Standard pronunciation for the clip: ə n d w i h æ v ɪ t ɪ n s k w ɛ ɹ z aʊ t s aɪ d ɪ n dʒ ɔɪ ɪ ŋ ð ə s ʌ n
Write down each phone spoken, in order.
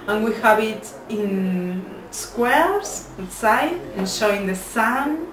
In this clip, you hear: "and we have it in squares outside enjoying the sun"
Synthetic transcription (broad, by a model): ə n w i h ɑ b ɪ t ɪ n s k w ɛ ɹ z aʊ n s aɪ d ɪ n ʃ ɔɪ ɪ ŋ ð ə s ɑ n